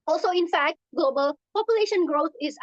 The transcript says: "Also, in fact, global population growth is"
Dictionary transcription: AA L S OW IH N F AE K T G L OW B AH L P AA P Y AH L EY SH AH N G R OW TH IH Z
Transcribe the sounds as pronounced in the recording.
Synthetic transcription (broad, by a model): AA L S OW IH N F AE K T G L OW B AH L P AA P Y AH L EY SH AH N G R OW T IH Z